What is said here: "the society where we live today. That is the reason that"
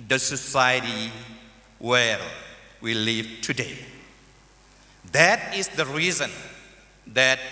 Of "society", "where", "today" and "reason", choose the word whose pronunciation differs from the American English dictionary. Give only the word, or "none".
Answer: where